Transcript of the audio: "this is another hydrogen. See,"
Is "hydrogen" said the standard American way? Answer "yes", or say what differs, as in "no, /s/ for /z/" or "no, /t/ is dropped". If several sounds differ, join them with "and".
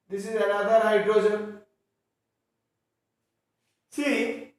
no, /z/ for /dʒ/